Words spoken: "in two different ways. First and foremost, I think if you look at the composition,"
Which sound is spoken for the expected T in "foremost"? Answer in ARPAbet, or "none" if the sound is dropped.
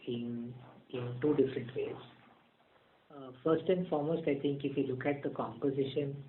T